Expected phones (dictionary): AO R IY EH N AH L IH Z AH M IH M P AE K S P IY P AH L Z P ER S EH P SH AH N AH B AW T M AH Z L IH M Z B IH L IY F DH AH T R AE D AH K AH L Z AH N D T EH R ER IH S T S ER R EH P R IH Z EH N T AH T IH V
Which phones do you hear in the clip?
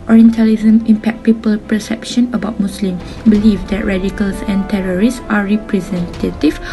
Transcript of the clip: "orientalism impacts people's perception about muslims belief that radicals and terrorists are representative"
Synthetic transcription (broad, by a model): AO R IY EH N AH L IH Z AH M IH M P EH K P IY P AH L P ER S EH P SH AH N AH B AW T M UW S L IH M B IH L IY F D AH T R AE D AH K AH L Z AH N T EH R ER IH S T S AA R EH P R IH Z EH N T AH T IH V